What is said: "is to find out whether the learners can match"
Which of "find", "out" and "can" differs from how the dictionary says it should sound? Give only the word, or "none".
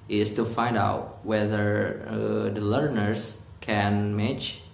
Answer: none